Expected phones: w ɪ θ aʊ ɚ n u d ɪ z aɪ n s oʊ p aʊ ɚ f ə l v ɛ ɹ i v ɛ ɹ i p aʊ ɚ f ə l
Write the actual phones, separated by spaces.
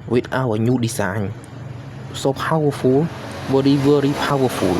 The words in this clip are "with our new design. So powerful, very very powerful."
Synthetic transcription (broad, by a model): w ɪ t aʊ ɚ n u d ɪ s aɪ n s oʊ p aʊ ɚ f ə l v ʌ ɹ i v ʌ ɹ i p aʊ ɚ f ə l